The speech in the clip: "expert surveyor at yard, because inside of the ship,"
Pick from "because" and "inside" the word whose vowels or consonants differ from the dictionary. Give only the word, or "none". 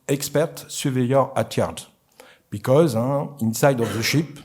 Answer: none